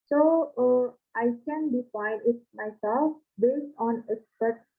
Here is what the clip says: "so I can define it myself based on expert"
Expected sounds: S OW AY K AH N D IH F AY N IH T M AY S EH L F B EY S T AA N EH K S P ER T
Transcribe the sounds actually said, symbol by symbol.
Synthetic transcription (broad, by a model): S OW AY K AH N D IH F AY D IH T M AY S EH L F B EY S T AA N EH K S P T